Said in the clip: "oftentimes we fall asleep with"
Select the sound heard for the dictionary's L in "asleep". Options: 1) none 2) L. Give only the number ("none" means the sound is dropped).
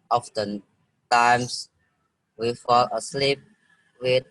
2